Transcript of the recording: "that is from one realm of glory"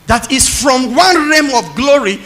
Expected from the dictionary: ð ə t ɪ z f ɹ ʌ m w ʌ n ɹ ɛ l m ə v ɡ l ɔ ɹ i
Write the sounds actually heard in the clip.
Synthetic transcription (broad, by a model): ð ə t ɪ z f ɹ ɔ m w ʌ n ɹ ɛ m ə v ɡ l ɔ ɹ i